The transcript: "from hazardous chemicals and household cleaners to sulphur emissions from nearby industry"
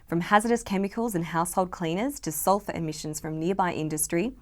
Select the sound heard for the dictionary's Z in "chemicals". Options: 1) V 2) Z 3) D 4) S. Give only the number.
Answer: 2